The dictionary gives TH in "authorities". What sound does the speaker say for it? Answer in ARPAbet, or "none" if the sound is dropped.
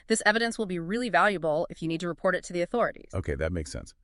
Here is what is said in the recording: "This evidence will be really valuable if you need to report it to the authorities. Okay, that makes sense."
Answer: TH